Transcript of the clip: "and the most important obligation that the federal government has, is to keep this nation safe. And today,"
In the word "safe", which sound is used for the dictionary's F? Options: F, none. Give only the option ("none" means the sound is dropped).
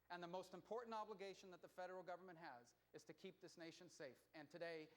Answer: F